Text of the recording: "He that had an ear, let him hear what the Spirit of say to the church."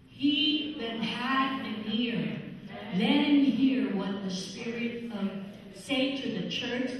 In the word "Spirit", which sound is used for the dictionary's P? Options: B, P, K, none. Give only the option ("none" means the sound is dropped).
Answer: P